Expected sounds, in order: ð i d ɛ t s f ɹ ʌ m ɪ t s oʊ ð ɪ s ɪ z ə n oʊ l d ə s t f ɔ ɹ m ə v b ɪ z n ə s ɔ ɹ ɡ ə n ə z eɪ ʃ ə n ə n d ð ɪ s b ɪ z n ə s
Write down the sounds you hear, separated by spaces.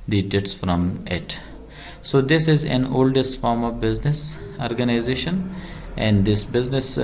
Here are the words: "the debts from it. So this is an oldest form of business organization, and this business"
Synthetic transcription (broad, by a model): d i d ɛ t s f ɹ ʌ m ɪ t s oʊ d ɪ s ɪ z ə n oʊ l d ə s t f ɔ ɹ m ə v b ɪ z n ə s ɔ ɹ ɡ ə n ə z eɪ ʃ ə n ə n d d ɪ s b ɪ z n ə s